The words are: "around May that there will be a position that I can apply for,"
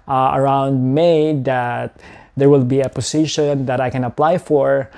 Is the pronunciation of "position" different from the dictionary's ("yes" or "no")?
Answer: yes